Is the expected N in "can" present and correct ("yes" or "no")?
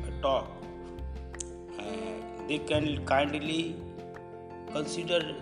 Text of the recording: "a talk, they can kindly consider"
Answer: yes